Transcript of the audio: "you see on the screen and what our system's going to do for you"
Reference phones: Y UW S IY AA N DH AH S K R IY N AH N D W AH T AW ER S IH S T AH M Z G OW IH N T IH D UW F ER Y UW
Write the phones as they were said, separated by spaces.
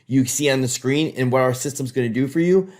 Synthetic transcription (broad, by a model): Y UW S IY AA N DH AH S K R IY N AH N W AH T AW ER S IH S T AH M Z G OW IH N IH D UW F ER Y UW